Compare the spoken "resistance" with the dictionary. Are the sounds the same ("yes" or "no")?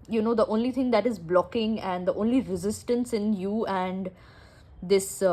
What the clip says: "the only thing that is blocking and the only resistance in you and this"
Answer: yes